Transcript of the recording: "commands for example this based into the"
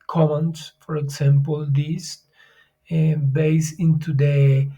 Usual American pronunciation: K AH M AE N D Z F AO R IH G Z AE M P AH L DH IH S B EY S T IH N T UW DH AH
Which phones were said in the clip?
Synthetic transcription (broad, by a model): K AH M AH N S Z F AO R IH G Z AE M P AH L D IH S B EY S IH N T UW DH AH